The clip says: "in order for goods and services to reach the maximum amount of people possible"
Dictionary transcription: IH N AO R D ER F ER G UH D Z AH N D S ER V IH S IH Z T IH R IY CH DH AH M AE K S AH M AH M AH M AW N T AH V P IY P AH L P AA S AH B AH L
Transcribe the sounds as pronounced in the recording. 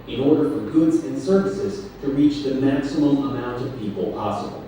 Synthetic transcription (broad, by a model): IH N AO R D ER F ER G UH D Z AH N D S ER V IH S IH Z T IH R IY CH DH AH M AE K S AH M AH M AH M AW N T AH V P IY P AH L P AA S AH B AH L